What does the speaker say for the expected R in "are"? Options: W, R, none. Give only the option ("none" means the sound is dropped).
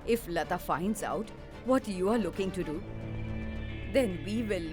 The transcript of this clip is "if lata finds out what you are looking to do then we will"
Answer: R